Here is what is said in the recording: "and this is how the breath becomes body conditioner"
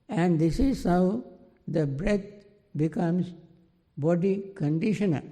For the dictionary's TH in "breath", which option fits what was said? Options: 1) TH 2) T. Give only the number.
2